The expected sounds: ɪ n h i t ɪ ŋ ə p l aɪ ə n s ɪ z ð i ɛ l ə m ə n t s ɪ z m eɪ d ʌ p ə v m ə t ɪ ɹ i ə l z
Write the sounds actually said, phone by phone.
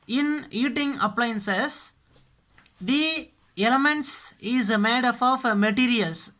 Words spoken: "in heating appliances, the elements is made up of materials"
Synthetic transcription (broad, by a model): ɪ n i t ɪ ŋ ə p l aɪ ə n s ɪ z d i ɛ l ə m ə n t s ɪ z m eɪ d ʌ f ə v m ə t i ɹ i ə l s